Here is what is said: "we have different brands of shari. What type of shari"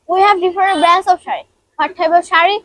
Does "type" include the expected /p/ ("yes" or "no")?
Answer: no